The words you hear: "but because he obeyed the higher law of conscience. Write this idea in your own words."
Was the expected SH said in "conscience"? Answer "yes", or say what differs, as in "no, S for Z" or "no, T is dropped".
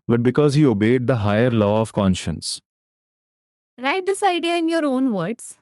yes